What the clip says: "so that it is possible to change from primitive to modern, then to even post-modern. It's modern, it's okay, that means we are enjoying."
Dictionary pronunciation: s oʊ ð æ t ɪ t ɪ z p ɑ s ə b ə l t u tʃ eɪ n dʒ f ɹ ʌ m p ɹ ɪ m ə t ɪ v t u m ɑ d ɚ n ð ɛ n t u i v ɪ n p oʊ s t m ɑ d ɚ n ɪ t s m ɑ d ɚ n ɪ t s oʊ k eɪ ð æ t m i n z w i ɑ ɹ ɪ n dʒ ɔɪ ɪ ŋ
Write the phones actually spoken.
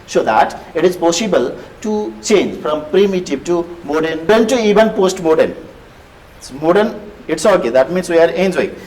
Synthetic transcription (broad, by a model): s oʊ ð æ t ɪ t ɪ z p ɑ s ə b ə l t u tʃ eɪ n dʒ f ɹ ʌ m p ɹ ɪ m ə t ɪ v t u m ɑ d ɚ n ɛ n t u i v ɪ n p oʊ s t m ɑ d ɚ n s m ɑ d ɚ n ɪ t s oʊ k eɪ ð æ t m i n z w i ɑ ɹ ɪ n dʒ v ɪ